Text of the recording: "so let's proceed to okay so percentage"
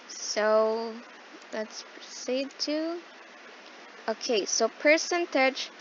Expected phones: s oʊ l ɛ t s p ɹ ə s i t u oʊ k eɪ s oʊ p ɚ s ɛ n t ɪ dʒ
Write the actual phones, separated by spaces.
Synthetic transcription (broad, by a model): s oʊ l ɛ t s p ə ɪ t u oʊ k eɪ s oʊ p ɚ s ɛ n t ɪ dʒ